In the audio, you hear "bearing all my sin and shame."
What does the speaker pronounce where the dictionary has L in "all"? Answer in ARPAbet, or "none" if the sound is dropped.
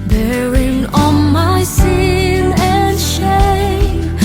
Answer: N